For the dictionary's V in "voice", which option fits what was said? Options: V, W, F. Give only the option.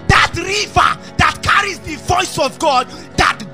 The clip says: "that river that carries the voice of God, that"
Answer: V